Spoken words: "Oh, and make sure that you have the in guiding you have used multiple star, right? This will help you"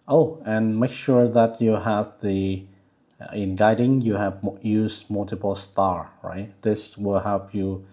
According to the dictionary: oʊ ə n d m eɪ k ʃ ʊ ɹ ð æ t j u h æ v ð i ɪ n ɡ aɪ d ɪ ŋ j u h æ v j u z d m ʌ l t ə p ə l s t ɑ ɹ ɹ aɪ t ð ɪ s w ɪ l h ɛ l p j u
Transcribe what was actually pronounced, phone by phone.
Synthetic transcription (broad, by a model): oʊ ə n m eɪ k ʃ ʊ ɹ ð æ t j u h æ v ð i ɪ n ɡ aɪ d ɪ ŋ j u h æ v j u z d m ʌ l t ə p ə l s t ɑ ɹ ɹ aɪ t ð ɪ s w ɪ l h ɛ l p j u